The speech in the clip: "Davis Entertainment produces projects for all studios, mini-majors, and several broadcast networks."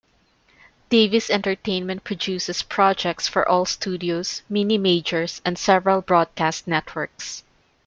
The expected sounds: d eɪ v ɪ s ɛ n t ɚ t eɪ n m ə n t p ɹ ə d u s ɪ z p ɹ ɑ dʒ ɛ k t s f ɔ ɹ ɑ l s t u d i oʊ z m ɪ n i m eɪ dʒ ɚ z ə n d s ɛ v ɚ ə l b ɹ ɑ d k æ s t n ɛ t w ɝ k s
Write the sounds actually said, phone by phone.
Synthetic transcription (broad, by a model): d eɪ v ɪ s ɛ n t ɚ t eɪ n m ə n t p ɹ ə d u s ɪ s p ɹ ɑ dʒ ɛ k t s f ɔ ɹ ɑ l s t u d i oʊ s m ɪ n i m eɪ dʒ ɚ s ə n d s ɛ v ɚ ə l b ɹ ɑ d k æ s t n ɛ t w ɝ k s